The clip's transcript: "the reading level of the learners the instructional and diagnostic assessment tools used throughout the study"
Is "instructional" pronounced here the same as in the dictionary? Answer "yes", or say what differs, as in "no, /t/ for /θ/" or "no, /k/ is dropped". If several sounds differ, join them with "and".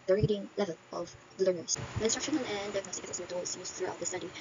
no, /n/ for /l/